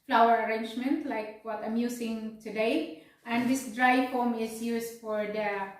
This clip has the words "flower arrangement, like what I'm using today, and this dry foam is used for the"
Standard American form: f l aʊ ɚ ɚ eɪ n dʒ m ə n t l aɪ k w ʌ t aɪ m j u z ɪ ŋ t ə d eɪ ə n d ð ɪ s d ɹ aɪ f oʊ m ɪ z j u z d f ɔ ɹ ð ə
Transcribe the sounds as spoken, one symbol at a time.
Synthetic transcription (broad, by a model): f l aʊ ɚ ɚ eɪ n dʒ m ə n t l aɪ k w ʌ t aɪ m j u s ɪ ŋ t ə d eɪ ə n d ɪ s d ɹ aɪ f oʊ m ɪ s j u s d f ɔ ɹ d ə